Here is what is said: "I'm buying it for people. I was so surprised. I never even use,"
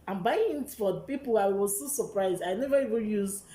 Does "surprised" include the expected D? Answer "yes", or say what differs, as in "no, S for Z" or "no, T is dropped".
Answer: yes